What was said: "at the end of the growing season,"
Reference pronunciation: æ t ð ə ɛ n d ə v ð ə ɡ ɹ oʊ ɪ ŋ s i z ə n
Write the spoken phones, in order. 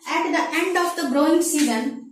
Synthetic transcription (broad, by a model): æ t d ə ɛ n d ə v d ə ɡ ɹ oʊ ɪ ŋ s i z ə n